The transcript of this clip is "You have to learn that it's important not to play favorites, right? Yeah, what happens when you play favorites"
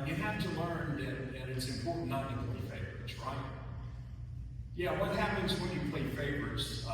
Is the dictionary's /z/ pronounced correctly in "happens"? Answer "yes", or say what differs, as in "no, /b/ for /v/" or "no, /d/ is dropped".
yes